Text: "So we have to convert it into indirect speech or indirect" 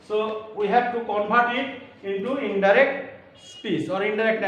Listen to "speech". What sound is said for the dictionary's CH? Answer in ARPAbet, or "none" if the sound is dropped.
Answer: S